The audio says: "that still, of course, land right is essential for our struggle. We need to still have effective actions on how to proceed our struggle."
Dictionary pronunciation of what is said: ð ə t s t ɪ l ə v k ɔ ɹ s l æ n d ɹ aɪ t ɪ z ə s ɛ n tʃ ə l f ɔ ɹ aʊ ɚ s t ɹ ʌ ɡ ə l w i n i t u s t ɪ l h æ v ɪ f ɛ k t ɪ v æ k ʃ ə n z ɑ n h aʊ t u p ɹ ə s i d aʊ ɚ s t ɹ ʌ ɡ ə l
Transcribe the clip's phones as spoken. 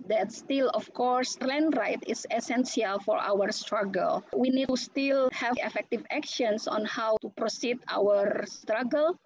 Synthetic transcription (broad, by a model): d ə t s t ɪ l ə f k ɔ ɹ s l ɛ n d ɹ aɪ t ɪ s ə s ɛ n s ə l f ɔ ɹ aʊ ɚ s t ɹ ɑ ɡ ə l w i n i t u s t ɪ l h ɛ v ɪ f ɛ k t ɪ v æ k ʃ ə n s ɑ n h aʊ t u p ɹ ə s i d aʊ ɚ s t ɹ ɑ ɡ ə l